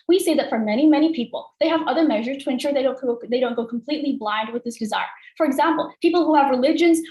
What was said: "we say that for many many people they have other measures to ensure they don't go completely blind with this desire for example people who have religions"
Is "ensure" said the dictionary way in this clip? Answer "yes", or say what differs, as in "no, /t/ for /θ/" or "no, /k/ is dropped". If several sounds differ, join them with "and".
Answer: yes